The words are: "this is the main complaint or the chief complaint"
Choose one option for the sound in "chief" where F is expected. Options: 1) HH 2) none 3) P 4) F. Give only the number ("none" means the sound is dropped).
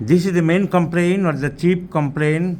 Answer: 3